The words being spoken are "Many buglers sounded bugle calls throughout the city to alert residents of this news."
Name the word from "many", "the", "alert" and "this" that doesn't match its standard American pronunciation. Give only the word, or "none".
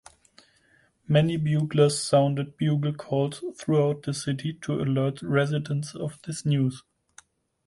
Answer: none